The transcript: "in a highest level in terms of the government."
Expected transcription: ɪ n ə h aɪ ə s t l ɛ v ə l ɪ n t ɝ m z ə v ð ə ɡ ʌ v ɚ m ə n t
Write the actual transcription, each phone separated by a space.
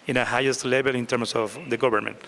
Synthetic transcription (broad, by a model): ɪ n ə h aɪ ə s t l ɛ b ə l ɪ n t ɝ m s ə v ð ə ɡ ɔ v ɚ m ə n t